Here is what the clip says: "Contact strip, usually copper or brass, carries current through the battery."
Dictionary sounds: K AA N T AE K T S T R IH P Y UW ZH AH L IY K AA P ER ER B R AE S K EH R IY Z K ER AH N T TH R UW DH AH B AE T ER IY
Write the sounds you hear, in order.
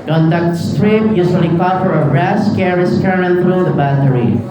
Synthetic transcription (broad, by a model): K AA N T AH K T S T R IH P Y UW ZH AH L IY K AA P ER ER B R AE S K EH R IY S K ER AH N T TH R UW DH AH B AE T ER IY